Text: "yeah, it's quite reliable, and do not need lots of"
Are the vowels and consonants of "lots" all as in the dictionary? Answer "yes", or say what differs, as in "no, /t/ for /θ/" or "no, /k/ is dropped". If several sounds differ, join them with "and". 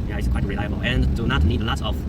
no, /s/ is dropped